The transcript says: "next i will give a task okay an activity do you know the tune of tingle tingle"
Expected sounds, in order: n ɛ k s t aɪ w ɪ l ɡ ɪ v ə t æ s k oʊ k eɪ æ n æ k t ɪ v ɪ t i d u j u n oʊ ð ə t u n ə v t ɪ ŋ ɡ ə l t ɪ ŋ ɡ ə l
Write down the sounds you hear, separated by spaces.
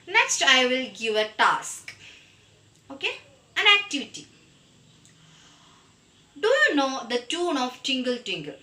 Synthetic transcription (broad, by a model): n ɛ k s t aɪ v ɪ l ɡ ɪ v ə t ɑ s k oʊ k eɪ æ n æ k t ɪ v ɪ t i d u j u n oʊ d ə t u n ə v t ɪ ŋ ɡ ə l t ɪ ŋ ɡ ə l